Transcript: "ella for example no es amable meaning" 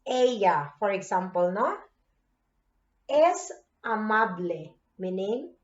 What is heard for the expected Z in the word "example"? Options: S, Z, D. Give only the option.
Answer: S